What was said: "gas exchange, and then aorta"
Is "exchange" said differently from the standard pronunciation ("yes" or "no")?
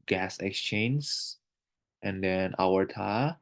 yes